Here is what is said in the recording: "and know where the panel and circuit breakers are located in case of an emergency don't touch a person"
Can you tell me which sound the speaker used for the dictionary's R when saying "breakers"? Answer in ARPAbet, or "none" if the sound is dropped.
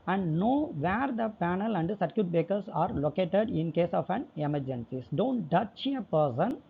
none